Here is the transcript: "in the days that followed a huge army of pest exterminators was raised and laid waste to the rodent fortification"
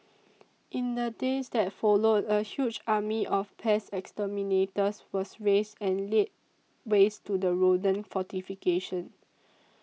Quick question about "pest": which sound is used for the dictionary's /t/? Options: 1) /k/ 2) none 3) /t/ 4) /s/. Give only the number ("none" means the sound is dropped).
2